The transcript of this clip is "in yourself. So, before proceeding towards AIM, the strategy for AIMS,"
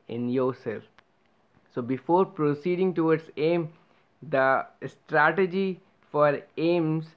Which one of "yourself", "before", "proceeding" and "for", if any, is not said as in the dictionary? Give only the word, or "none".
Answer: yourself